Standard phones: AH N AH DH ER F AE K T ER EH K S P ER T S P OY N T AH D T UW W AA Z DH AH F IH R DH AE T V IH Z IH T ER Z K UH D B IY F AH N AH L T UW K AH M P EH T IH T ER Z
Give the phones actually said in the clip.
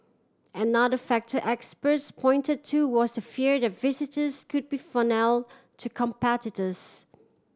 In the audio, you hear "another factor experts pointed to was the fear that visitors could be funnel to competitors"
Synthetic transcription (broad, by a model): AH N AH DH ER F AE K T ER EH K S P ER T S P OY N T AH D T UW W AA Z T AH F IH R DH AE T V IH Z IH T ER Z K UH D B IY F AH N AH L T UW K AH M P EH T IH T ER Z